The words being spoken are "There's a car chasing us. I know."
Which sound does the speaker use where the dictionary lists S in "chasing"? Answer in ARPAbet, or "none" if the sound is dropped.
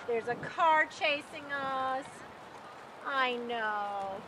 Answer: S